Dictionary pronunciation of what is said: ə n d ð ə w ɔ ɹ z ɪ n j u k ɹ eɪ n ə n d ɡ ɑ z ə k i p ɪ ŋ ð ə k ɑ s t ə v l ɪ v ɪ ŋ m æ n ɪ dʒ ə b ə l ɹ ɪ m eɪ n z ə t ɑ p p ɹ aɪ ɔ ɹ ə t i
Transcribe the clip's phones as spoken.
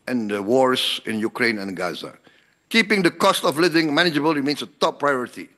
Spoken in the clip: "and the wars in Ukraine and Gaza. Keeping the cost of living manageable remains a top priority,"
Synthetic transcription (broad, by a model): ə n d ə w ɔ ɹ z ɪ n j u k ɹ eɪ n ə n ɡ ɑ z ə k i p ɪ ŋ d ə k ɑ s t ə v l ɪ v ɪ ŋ m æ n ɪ dʒ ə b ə l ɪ m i n s ə t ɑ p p ɹ aɪ ɔ ɹ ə t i